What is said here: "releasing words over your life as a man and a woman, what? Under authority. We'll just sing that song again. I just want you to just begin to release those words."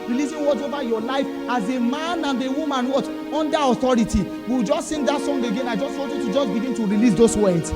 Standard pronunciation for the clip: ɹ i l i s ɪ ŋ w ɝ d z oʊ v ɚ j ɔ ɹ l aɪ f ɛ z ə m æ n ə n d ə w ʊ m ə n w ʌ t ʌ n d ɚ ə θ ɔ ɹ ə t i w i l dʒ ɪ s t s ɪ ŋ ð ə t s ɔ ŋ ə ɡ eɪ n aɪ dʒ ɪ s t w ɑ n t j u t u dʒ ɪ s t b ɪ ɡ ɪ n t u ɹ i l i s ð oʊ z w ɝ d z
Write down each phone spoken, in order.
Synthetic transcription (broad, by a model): ɹ i l i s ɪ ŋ w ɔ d oʊ v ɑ j ɔ l aɪ f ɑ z ə m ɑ n ə n d ə w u m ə n w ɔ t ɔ n d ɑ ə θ ɔ ɹ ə t i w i w dʒ ɪ s t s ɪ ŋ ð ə t s ɔ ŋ ə ɡ eɪ n aɪ dʒ ɪ s t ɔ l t j u t u dʒ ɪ s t b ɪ ɡ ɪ n t u ɹ i l i s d oʊ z w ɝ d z